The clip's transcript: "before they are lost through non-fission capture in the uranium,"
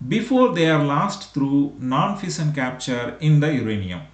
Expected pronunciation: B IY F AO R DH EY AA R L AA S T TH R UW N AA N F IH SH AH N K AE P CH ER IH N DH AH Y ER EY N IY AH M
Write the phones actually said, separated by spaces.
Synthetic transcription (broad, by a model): B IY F AO R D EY AA R L AA S T T R UW N AA N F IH S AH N K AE P CH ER IH N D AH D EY N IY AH M